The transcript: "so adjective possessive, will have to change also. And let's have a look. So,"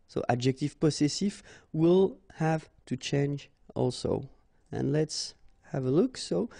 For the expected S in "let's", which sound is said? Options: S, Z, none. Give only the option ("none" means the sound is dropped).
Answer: S